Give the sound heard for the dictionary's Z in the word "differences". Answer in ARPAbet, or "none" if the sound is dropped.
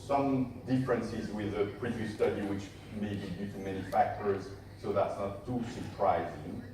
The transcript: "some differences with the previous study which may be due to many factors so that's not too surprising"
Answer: Z